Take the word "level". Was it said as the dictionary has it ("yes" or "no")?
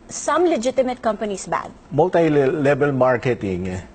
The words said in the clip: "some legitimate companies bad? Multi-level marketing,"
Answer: no